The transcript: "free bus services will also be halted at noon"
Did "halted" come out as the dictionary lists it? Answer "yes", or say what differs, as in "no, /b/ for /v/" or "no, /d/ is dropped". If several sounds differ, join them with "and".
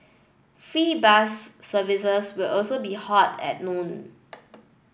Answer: no, /l/ is dropped